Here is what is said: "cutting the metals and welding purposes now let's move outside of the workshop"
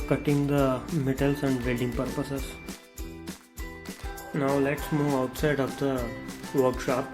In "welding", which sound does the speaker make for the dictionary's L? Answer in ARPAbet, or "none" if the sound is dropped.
none